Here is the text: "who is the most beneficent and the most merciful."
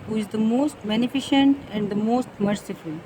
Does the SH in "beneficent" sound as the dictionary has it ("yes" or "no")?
yes